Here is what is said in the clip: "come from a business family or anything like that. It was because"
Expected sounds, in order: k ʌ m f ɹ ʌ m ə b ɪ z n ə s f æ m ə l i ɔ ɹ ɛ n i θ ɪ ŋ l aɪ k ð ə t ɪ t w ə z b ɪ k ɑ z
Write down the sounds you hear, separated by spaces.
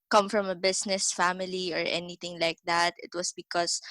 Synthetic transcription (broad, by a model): k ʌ m f ɹ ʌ m ə b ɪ s n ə s f æ m ə l i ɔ ɹ ɛ n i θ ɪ ŋ l aɪ k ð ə t ɪ t w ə s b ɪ k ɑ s